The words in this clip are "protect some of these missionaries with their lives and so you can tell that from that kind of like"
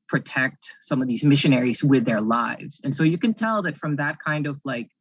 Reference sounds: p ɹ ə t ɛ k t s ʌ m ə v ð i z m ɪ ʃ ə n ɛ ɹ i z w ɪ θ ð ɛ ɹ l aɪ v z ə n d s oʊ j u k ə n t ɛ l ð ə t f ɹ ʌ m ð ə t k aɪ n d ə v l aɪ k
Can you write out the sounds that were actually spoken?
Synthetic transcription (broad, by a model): p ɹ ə t ɛ k t s ʌ m ə v ð i z m ɪ ʃ ə n ɛ ɹ i z w ɪ ð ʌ ɹ l aɪ v z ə n s oʊ j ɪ k ə n t ɛ l ð ə t f ɹ ʌ m ð ə t k aɪ n d ə v l aɪ k